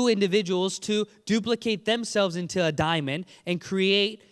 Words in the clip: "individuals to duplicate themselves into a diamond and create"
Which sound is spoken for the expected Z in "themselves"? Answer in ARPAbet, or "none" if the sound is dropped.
Z